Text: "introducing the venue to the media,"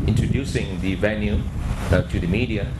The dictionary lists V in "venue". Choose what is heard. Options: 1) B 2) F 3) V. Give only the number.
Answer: 3